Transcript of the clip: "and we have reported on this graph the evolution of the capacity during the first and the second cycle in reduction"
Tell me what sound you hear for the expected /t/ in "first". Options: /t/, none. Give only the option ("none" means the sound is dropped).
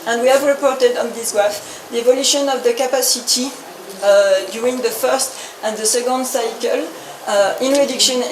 /t/